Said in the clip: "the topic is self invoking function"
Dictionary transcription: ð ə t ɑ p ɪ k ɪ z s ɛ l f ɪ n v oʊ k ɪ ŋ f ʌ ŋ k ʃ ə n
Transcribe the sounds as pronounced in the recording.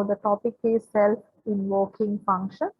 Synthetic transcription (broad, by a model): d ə t ɑ p ɪ k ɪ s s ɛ l ɪ n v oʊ k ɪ ŋ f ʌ ŋ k ʃ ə n